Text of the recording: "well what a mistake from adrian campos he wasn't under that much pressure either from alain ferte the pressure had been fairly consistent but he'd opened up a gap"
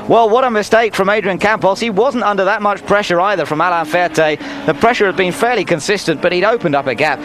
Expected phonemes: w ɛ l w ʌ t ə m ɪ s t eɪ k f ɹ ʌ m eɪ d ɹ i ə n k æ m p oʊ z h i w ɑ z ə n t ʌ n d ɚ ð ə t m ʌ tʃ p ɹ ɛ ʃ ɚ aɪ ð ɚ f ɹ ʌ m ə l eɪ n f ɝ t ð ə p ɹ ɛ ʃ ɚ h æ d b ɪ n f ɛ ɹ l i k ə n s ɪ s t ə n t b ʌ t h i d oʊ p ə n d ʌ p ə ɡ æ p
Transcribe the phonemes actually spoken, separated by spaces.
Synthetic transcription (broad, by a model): w ɛ l w ʌ t ə m ɪ s t eɪ k f ɹ ʌ m eɪ d ɹ i ə n k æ m p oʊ s h i w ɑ z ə n t ʌ n d ɚ ð ə t m ʌ tʃ p ɹ ɛ ʃ ɚ aɪ ð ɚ f ɹ ʌ m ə l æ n f ɝ t ð ə p ɹ ɛ ʃ ɚ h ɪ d b ɪ n f ɛ ɹ l i k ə n s ɪ s t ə n b ʌ t h i d oʊ p ə n d ʌ p ə ɡ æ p